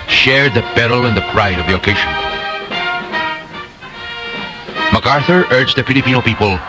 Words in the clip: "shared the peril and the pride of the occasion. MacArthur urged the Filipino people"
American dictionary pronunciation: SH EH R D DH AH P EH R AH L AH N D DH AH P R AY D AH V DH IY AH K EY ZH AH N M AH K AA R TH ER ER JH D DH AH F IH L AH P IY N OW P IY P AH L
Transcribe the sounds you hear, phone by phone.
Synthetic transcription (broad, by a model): SH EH R D DH AH B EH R L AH N DH AH P R AY D AH V DH IY AH K EY ZH AH N M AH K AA R TH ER ER JH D DH AH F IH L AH P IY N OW P IY P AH L